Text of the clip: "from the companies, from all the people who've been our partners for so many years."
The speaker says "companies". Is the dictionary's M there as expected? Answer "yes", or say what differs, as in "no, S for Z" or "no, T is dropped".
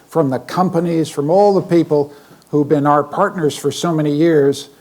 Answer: yes